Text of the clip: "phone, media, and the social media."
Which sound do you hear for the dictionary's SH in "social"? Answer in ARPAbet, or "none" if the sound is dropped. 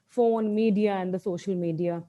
SH